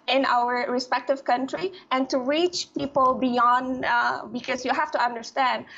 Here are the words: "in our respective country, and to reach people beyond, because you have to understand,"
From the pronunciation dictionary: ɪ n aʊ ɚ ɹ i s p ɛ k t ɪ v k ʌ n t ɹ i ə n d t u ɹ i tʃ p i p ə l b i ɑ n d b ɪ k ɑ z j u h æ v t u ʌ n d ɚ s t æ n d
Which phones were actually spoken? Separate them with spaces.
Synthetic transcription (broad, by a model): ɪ n aʊ ɚ ɹ i s p ɛ k t ɪ v k ʌ n t ɹ i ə n t u ɹ i tʃ p i p ə l b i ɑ n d b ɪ k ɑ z j u h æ f t u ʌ n d ɚ s t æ n d